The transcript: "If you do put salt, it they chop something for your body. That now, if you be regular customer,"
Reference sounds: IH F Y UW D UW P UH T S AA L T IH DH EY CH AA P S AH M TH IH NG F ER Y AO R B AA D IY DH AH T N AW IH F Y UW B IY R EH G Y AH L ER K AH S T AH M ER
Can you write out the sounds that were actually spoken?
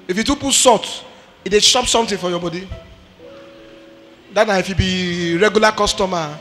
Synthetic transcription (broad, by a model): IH F Y UW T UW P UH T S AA T IH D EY SH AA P S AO M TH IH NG F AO Y AO B AA D IY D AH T N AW IH F Y UW B IY R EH G Y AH L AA K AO S T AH M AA